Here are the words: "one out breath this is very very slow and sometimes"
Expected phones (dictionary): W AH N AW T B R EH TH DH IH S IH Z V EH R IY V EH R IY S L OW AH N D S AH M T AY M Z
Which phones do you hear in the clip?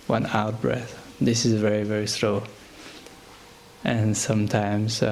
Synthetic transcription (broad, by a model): W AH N AW T B R EH TH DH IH S IH Z V EH R IY V EH R IY S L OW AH N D S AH M T AY M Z